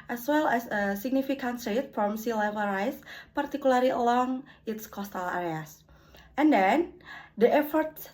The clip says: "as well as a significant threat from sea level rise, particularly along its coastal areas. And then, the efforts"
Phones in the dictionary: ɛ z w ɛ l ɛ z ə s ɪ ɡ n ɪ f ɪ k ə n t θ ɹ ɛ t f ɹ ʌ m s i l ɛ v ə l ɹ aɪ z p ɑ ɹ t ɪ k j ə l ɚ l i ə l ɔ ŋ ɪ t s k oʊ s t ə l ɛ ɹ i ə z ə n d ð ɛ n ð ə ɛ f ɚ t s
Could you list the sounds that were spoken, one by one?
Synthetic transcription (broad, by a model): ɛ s w ɛ l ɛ s ə s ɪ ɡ n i f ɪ k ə n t s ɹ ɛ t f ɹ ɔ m s i l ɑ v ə ɹ aɪ s p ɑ ɹ t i k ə l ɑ l i ə l ɔ ŋ ɪ t s k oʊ s t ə l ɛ ɹ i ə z ə n d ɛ n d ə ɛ f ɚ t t